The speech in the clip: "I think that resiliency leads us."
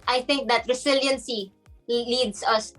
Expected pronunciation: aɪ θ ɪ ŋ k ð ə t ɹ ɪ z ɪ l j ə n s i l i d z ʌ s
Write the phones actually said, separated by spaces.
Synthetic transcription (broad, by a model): aɪ θ ɪ ŋ k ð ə t ɹ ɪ s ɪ l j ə n s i l i d s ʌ s